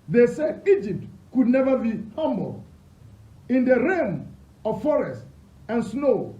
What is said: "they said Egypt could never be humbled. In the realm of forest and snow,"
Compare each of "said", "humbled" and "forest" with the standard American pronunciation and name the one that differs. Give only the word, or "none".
humbled